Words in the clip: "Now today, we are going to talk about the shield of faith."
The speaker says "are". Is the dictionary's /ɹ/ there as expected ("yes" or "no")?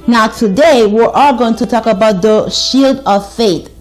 no